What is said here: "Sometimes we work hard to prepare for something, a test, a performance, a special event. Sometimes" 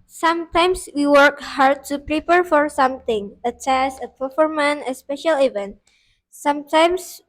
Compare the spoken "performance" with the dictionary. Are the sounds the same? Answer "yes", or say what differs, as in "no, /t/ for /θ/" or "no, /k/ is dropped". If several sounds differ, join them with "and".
no, /s/ is dropped